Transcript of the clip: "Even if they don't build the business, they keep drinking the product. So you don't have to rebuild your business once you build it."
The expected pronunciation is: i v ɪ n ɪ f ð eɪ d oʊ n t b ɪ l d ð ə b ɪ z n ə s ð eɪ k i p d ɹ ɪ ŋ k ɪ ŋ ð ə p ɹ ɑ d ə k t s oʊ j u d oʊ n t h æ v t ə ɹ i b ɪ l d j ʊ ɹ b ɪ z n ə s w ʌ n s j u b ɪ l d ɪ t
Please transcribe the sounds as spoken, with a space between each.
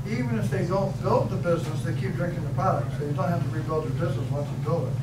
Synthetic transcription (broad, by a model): i v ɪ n ɪ f ð eɪ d oʊ n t b ɪ l d ð ə b ɪ z n ə s ð eɪ k i p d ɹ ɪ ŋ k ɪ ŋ ð ə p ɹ ɑ d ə k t s oʊ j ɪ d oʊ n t h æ f t ə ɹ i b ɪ l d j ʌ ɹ b ɪ z n ə s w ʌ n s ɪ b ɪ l ɪ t